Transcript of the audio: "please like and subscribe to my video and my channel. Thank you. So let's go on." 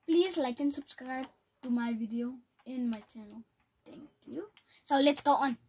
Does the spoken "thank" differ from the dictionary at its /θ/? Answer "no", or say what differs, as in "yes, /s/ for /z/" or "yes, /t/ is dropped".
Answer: yes, /t/ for /θ/